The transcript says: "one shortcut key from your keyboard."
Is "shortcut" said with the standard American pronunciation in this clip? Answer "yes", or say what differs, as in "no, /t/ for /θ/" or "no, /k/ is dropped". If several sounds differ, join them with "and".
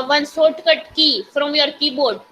no, /s/ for /ʃ/